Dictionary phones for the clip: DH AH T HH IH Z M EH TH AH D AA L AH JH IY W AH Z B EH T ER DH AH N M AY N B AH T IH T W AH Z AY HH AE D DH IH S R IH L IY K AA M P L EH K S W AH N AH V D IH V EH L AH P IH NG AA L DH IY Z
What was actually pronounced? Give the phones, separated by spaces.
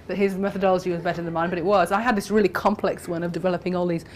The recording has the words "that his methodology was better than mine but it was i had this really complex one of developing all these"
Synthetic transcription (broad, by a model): DH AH T HH IH Z M EH TH AH D AA L AH JH IY W AH Z B EH T ER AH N M AY N B AH T IH T W AH Z AY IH D DH IH S R IH L IY K AA M P L EH K S W AH N AH V D IH V EH L AH P IH NG AA L DH IY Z